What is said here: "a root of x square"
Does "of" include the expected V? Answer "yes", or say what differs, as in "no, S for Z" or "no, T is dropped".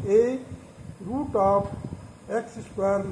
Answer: no, P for V